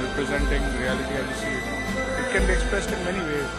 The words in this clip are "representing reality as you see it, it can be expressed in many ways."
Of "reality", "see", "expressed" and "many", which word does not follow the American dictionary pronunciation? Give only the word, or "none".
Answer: none